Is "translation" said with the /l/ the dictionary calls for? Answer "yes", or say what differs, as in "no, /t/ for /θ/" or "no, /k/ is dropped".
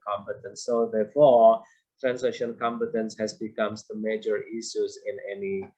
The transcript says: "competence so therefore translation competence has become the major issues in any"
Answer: no, /l/ is dropped